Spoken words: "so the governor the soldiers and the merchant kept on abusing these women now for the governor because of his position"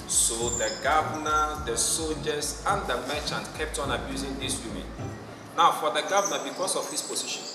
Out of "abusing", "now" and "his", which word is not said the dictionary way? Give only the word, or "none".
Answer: his